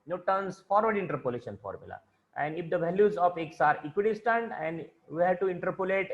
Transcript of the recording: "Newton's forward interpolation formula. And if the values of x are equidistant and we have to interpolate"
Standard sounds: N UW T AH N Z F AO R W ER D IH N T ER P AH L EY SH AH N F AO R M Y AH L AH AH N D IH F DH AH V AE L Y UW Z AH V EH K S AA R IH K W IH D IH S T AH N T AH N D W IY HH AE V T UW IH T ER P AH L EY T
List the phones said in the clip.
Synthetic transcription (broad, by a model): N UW T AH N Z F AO R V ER D IH N T ER P AH L EY SH AH N F AO R M Y AH L AH AH N D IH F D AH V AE L Y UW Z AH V EH K S AA R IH K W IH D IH S T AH N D AH N D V IY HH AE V T UW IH T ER P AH L EY T